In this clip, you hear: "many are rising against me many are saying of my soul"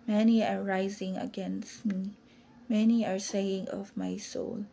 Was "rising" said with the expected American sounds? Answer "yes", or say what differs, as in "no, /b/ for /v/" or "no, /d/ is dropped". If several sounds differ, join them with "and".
yes